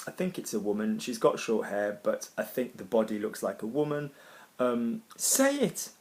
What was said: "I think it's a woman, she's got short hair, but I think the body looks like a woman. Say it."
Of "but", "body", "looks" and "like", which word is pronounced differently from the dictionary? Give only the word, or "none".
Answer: none